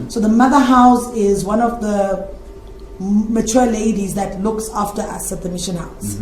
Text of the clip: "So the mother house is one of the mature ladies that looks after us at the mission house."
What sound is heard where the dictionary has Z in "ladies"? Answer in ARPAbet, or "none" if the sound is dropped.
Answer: Z